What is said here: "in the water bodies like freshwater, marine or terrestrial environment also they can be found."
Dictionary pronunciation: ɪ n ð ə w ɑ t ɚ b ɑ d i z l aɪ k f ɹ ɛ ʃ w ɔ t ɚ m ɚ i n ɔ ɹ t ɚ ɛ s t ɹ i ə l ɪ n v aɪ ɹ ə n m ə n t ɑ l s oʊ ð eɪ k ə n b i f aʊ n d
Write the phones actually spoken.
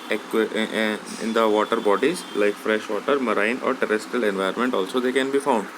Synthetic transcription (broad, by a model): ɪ n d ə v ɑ t ɚ b ɑ d i z l aɪ k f ɹ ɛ ʃ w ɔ t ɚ m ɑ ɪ n ɔ ɹ t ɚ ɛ s t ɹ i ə l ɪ n v aɪ ə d m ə n t ɑ l s oʊ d eɪ k ə n b i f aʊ n d